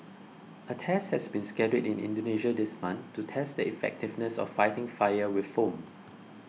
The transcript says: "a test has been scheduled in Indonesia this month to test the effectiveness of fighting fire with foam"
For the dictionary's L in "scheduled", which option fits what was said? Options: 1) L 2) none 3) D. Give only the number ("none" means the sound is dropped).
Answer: 2